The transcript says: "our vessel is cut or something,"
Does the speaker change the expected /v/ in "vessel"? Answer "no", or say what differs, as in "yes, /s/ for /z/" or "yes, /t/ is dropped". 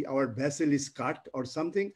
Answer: yes, /b/ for /v/